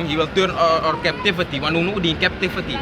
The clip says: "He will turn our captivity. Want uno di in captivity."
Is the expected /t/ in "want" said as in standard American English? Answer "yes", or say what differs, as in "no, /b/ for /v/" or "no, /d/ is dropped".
no, /t/ is dropped